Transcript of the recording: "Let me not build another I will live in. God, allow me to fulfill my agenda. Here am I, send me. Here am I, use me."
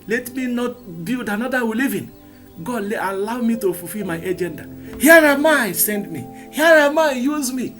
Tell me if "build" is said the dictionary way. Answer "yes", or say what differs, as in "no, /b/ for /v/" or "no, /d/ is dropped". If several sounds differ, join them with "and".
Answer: no, /l/ is dropped